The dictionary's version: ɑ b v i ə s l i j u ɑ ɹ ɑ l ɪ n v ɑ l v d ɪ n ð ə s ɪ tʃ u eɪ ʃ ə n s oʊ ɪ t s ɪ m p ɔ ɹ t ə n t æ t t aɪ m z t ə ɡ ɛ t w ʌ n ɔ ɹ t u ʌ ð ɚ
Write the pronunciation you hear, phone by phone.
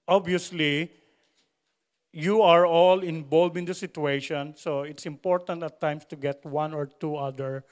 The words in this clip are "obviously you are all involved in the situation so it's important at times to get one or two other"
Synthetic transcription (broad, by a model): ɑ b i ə s l i j u ɑ ɹ ɑ l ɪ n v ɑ l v ɪ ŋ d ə s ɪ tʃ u eɪ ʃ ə n s oʊ ɪ t s ɪ m p ɔ ɹ t ə n t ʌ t t aɪ m s t ə ɡ ɛ t w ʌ n ɔ ɹ t u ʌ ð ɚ